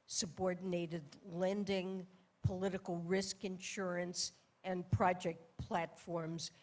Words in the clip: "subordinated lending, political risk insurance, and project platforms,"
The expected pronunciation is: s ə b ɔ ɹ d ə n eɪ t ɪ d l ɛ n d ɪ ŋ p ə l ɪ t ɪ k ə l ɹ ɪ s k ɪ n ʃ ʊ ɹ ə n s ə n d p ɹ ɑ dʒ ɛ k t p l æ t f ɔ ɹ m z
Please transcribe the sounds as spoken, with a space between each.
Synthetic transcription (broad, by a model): s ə b ɔ ɹ d n eɪ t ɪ d l ɛ n d ɪ ŋ p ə l ɪ t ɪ k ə l ɹ ɪ s k ɪ n ʃ ʊ ɹ ə n s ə n p ɹ ɑ dʒ ɛ k t p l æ t f ɔ ɹ m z